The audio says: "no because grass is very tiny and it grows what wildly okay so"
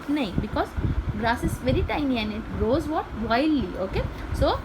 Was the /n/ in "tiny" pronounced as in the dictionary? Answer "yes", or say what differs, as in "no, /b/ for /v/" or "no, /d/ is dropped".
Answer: no, /l/ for /n/